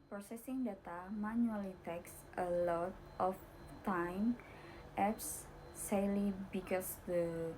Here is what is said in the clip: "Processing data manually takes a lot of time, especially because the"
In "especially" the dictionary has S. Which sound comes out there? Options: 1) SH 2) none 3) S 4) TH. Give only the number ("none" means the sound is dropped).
2